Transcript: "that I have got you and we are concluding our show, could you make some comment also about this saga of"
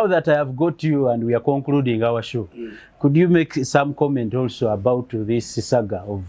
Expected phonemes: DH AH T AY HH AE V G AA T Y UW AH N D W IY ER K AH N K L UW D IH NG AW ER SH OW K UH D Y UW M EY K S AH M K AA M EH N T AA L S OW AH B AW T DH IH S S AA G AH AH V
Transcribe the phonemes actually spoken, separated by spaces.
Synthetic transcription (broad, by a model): DH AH T AY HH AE V G AA T Y UW AH N D W IY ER K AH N K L UW D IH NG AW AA SH OW K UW D Y UW M EY K S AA M K AA M EH N T AA L S OW AH B AW T DH IH S S AA G AH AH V